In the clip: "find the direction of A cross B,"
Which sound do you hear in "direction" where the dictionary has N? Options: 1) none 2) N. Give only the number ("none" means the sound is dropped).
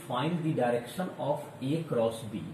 2